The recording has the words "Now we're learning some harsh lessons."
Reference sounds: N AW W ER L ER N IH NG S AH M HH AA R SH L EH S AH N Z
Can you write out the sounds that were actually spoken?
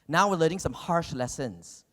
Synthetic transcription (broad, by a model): N AW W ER L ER IH NG S AH M HH AA R SH L EH S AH N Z